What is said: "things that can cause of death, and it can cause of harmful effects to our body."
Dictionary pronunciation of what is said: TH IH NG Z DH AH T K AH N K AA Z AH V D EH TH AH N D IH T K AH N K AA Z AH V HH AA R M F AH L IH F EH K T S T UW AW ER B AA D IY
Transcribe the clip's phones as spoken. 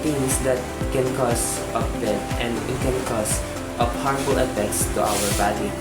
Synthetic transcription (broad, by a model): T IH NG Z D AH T K AH N K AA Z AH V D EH T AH N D IH T K AH N K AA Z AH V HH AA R F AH L IH F EH K T S T UW AW ER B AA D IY